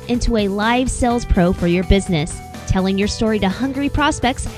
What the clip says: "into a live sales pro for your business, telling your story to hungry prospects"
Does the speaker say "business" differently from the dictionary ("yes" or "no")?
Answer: no